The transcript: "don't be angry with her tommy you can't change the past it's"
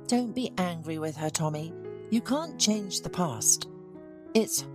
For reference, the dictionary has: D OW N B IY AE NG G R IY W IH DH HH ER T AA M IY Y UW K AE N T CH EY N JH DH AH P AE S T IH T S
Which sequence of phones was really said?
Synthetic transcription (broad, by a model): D OW N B IY AE NG G R IY W IH DH ER T AA M IY Y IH K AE N CH EY N JH DH AH P AE S T IH T S